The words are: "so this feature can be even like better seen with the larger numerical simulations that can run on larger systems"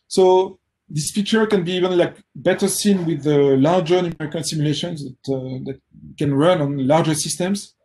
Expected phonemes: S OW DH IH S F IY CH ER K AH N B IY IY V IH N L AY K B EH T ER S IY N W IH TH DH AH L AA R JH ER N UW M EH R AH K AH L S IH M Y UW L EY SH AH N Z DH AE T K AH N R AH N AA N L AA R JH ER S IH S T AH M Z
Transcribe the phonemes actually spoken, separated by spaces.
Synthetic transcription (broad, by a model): S OW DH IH S F IY CH ER K AH N B IY IY V IH N L AY K B EH T ER S IY N W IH DH AH L AA R JH ER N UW M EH R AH K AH N S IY M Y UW L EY SH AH N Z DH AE T K AH N R AH N AA N L AA R JH ER S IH S T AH M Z